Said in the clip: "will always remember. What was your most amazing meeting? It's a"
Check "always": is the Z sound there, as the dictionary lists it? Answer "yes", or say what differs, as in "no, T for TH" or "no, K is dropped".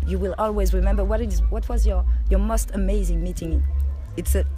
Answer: yes